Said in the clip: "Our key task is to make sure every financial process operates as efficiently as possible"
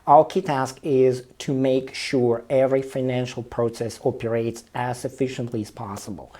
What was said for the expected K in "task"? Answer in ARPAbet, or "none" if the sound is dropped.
K